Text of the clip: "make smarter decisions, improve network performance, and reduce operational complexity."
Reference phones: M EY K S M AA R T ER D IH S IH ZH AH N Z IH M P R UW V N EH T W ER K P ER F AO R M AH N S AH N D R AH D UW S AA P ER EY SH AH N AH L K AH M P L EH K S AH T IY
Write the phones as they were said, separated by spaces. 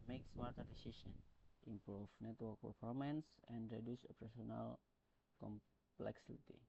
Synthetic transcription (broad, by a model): M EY K S M AA R T ER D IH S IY S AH N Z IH M P R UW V N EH T W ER K P ER F AO R M AH N S AH N D R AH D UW S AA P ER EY S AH N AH L K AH M P L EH K S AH T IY